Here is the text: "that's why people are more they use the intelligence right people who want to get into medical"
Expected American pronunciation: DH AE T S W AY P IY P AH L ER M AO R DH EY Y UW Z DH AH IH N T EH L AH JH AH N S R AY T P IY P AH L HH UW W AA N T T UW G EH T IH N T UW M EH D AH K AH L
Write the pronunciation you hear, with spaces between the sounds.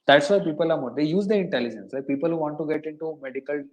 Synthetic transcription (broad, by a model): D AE T S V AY P IY P AH L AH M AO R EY Y UW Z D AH IH N T EH L AH JH AH N S L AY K P IY P AH L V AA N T T UW G EH T IH N T UW M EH D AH K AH L